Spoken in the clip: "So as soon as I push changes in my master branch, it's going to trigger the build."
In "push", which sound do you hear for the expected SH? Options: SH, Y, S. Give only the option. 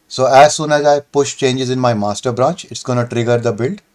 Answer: SH